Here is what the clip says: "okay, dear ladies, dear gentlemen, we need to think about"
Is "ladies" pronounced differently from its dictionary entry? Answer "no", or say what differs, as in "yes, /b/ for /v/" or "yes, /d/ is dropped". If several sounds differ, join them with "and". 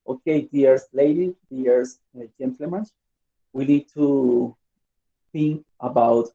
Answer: yes, /z/ is dropped